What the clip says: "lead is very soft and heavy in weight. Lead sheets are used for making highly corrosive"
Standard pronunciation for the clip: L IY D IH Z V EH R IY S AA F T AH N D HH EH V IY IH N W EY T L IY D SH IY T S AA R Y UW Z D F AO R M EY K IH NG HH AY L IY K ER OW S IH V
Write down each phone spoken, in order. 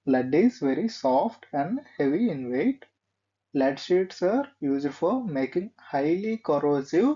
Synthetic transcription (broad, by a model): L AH D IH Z V EH R IY S AA F T AH N D HH EH V IY IH N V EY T L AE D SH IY T S AA R Y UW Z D F AO R M EY K IH NG HH AY L IY K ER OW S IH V